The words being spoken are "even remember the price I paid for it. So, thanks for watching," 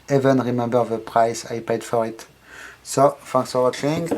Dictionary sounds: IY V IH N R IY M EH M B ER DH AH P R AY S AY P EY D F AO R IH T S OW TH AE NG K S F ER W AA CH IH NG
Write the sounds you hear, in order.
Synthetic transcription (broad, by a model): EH V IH N R IY M EH M B ER DH AH P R AY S AY P EY D F AO R IH T S OW F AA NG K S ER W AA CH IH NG